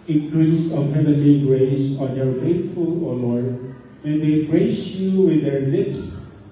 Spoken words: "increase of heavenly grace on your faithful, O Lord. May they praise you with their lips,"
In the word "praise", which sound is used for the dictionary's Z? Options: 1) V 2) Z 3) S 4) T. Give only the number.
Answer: 3